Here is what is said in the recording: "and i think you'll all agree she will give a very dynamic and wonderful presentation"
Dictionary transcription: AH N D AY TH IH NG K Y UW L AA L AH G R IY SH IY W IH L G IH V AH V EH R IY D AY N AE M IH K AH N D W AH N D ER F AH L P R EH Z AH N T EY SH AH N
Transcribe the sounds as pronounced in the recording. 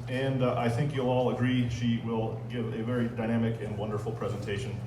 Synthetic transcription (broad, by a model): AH N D AY TH IH NG K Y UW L AA L AH G R IY SH IY W IH L G IH V AH V EH R IY D AY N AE M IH K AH N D W AH N D ER F L P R EH Z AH N T EY SH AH N